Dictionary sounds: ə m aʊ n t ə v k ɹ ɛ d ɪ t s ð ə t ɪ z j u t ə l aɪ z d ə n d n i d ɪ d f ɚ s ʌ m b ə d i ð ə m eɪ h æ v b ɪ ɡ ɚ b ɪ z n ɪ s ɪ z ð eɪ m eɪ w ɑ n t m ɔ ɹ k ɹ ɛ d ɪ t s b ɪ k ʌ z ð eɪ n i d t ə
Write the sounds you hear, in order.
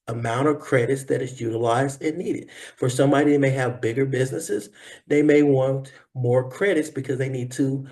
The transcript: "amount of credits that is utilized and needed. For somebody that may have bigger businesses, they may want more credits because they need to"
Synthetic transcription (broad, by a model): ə m aʊ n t ə v k ɹ ɛ d ɪ t s ð ə t ɪ z j u t ə l aɪ z d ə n n i d ɪ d f ɚ s ʌ m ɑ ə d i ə m eɪ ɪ v b ɪ ɡ ɚ b ɪ z n ɪ s ɪ z ð eɪ m eɪ w ɑ n t m ɔ ɹ k ɹ ɛ d ɪ t s b ɪ k ʌ z ð eɪ n i d t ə